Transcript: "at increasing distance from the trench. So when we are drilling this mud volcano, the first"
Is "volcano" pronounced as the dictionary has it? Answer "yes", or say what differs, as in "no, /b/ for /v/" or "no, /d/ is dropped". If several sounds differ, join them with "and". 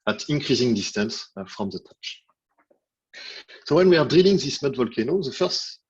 yes